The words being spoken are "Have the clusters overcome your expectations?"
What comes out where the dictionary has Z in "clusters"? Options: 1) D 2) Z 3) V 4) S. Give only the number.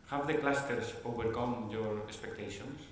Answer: 4